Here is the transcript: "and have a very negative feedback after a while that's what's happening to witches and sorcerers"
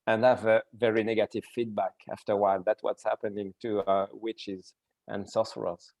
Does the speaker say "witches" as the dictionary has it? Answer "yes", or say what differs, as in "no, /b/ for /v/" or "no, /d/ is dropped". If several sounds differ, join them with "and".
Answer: yes